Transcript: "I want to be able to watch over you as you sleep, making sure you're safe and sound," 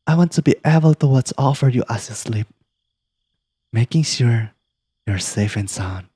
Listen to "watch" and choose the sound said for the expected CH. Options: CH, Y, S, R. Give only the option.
S